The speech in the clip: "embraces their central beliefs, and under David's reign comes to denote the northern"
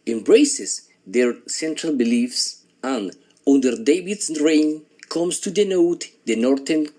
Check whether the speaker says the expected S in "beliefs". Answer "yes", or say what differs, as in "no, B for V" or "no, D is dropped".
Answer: yes